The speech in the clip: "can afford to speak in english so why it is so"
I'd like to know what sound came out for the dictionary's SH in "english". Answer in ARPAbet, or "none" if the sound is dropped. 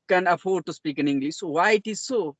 S